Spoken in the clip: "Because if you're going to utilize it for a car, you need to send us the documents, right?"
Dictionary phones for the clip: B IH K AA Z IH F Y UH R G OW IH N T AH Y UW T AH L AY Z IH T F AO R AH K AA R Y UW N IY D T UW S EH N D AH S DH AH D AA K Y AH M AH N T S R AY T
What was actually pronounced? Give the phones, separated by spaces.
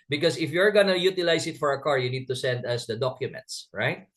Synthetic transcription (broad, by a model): B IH K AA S IH F Y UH R G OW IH N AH Y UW T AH L AY S IH T F AO R AH K AA R Y UW N IY D T UW S EH N D AH S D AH D AA K Y AH M AH N T S R AY T